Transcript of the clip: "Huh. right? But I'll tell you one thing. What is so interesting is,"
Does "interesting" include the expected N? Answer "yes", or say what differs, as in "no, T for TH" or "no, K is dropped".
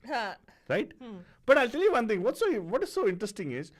yes